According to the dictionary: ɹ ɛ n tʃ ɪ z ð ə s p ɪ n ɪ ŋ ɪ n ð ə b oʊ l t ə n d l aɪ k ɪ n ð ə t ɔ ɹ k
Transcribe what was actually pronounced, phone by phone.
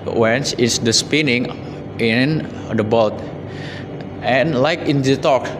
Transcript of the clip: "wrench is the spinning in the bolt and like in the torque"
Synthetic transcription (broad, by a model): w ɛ n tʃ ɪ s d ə s p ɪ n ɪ ŋ ɪ n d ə b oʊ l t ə n l aɪ k ɪ n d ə t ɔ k